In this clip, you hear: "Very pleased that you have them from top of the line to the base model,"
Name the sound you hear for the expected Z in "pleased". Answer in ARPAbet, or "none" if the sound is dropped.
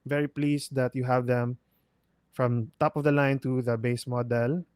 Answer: S